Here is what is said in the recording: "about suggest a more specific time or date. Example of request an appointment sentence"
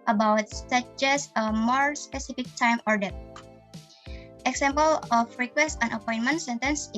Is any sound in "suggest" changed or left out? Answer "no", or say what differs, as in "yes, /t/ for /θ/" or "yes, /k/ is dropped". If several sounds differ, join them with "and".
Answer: yes, /t/ is dropped